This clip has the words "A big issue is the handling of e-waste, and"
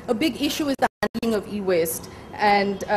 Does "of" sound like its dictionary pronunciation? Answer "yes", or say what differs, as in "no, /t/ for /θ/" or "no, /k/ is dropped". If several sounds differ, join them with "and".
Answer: yes